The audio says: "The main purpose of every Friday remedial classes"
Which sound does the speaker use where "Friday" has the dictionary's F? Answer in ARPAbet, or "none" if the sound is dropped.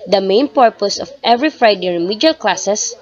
F